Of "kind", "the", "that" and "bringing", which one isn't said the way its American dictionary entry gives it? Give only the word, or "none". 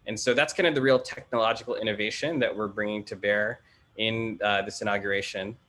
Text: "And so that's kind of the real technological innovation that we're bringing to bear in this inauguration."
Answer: none